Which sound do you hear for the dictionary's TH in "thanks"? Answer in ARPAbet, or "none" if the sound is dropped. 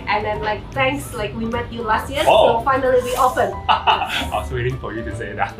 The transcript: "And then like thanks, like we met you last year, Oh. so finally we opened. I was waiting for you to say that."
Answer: T